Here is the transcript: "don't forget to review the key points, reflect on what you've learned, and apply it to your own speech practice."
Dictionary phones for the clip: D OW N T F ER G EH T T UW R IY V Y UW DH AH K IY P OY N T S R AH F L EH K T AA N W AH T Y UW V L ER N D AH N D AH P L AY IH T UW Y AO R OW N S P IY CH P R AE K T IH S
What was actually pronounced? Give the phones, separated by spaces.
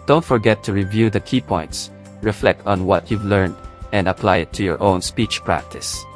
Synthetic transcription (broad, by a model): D OW N T F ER G EH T T UW R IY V Y UW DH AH K IY P OY N T S R AH F L EH K T AA N W AH T Y UW V L ER N D AH N D AH P L AY IH T UW Y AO R OW N S P IY CH P R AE K T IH S